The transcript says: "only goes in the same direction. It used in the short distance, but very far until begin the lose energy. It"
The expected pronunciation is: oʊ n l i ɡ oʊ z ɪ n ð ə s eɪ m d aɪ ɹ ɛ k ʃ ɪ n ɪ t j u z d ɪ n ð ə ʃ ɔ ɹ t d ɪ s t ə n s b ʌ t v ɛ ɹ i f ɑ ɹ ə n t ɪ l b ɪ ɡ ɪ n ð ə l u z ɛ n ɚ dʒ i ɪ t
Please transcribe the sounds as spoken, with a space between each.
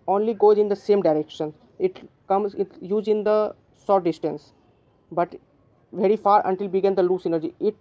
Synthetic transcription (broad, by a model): oʊ n l i ɡ oʊ z ɪ n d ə s eɪ m d aɪ ɹ ɛ k ʃ ɪ n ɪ t j u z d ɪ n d ə s ɔ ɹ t d ɪ s t ə n s b ʌ t v ɛ ɹ i f ɑ ɹ ə n t ɪ l b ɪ ɡ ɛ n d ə l u s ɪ n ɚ dʒ i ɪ t